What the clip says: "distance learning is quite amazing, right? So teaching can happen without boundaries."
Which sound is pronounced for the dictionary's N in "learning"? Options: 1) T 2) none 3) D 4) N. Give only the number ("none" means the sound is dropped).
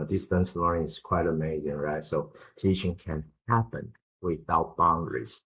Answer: 2